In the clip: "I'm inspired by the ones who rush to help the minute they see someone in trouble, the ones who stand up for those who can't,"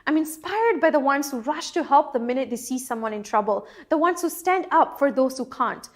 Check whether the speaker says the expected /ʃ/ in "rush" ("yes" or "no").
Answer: yes